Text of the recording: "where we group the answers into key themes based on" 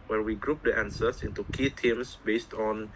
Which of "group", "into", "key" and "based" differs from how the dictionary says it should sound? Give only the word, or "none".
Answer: none